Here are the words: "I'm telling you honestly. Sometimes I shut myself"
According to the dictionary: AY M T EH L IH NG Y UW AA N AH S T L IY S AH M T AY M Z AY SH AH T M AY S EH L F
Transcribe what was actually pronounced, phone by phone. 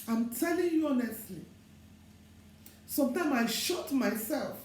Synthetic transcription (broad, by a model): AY M T EH L IH NG Y UW AA N AH S T L IY S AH M T AY M AY SH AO T M AY S EH L F